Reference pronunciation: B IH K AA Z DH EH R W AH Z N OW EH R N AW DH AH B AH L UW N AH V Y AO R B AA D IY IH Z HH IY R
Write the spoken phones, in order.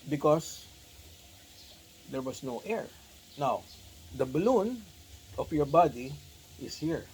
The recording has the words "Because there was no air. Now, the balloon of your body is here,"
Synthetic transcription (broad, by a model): B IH K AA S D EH R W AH S N OW EH R N AW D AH B AH L UW N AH F Y AO R B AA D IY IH S HH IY R